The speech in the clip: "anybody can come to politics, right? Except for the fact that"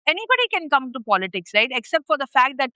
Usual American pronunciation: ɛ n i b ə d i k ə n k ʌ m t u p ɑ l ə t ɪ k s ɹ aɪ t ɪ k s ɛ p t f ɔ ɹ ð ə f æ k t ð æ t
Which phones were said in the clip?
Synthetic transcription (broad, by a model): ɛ n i b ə d i k ə n k ʌ m t u p ɑ l ə t ɪ k s ɹ aɪ t ɪ k s ɛ p t f ɔ ɹ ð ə f æ k t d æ t